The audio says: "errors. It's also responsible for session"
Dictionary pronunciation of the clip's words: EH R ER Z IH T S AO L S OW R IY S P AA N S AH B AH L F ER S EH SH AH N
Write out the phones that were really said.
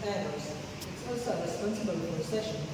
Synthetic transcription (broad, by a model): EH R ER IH S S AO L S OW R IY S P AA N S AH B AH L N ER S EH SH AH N